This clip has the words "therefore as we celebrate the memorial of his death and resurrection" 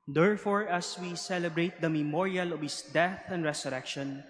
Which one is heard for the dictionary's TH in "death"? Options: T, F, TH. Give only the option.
TH